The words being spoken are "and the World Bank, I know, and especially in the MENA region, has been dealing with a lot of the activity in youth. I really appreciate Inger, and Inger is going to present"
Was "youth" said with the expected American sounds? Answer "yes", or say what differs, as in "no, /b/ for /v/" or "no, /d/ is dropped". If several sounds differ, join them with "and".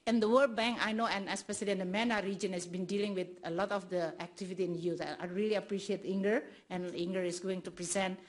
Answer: no, /s/ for /θ/